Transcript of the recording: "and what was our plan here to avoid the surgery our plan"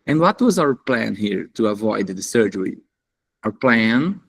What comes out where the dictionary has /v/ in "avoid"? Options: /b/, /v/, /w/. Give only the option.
/v/